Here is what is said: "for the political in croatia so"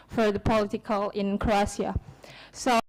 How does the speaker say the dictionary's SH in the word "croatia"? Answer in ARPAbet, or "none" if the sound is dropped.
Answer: S